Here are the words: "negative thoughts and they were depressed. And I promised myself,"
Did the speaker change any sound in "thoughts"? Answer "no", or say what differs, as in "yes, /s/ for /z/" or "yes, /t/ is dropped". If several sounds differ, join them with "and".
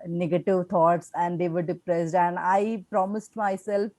yes, /t/ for /θ/